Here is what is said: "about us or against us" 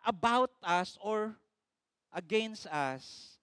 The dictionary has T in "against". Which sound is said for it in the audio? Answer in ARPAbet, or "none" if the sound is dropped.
T